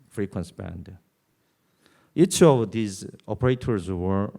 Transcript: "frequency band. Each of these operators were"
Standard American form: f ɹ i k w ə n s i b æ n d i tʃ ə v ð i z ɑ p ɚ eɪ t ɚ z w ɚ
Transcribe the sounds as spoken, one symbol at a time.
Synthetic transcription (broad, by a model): f ɹ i k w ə n s b æ n d i tʃ ə v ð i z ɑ p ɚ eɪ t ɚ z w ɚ